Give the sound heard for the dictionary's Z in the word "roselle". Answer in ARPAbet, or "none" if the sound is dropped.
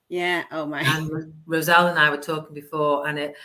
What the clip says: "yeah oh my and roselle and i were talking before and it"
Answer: Z